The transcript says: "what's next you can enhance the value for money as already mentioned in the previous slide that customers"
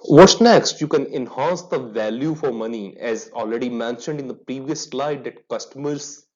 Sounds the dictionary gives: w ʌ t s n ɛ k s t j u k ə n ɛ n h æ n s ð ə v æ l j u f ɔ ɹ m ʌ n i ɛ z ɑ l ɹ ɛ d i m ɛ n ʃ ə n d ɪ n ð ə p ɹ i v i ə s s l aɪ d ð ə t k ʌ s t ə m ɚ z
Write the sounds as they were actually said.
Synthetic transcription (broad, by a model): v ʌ t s n ɛ k s t j u k ə n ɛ n h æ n s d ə v æ l j u f ɔ ɹ m ʌ n i ɛ z ɑ l ɹ ɛ d i m ɛ n ʃ ə n d ɪ n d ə p ɹ i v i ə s s l aɪ d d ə t k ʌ s t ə m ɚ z